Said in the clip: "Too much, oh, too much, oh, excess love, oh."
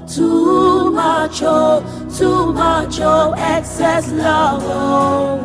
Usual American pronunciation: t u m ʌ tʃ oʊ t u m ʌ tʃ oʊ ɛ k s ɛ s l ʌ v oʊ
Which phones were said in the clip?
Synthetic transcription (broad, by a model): t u m ʌ tʃ oʊ t u m ʌ tʃ oʊ ɛ k s ɛ s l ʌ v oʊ